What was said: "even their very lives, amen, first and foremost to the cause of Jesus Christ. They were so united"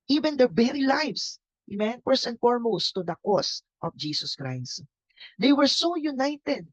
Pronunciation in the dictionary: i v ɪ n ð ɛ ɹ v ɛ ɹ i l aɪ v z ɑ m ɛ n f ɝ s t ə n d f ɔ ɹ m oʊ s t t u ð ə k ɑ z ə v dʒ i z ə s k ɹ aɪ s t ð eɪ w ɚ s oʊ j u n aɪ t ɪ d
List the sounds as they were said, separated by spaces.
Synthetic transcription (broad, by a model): i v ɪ n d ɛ ɹ b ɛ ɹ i l aɪ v s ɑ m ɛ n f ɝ s ə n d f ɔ ɹ m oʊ s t t u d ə k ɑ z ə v dʒ i s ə s k ɹ aɪ s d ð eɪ w ɚ s oʊ j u n aɪ t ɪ d